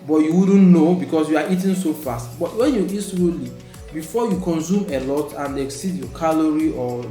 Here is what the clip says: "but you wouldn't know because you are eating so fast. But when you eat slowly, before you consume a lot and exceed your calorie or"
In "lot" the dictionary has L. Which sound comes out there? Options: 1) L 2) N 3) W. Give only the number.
1